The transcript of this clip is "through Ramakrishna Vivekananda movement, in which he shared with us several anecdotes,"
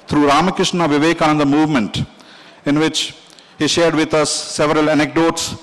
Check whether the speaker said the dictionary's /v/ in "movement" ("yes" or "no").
yes